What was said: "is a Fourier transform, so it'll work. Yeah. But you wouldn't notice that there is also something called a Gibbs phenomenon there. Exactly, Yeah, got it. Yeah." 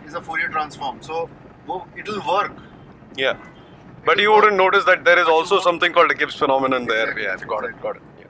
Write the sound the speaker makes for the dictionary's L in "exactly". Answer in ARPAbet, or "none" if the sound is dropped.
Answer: none